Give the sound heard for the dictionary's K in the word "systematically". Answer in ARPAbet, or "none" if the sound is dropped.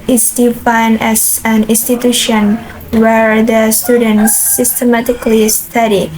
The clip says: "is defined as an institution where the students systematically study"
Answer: K